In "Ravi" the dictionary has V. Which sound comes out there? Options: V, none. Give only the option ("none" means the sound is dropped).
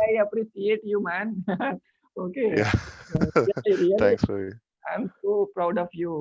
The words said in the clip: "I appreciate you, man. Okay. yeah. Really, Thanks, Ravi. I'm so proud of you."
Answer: none